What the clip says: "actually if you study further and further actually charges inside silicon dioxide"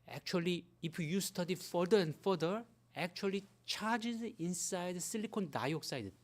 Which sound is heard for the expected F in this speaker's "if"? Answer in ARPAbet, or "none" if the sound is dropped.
P